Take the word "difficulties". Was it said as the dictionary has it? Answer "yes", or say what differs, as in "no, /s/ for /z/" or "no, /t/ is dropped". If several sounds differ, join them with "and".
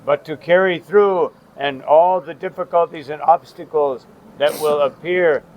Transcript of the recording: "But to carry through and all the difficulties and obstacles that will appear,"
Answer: yes